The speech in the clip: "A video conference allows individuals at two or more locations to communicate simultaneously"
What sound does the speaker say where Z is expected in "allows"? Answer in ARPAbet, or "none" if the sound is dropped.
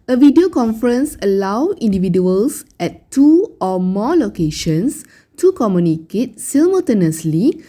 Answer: none